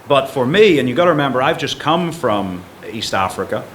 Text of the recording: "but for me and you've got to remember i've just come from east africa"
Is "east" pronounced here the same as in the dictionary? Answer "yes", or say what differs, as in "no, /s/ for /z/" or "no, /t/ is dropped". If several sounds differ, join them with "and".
yes